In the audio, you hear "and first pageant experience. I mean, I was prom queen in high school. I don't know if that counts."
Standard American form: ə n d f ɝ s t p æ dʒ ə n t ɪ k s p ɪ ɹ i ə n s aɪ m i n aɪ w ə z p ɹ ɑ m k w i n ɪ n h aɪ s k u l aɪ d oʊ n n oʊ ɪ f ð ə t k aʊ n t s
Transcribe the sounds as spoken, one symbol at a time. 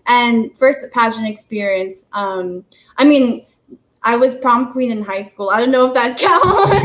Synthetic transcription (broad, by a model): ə n f ɝ s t p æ ʃ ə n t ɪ k s p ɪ ɹ i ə n s aɪ m i n aɪ w ə z p ɹ ɑ m k w i n ɪ n h aɪ s k u l aɪ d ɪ n n oʊ ɪ f ð ə t k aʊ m